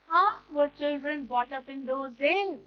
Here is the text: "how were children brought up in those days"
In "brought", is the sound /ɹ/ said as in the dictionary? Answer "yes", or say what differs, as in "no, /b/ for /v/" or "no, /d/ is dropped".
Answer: no, /ɹ/ is dropped